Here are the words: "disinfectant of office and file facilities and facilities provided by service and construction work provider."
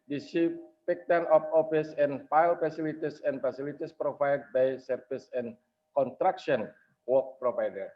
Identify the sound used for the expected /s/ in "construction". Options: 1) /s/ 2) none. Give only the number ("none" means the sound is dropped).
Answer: 2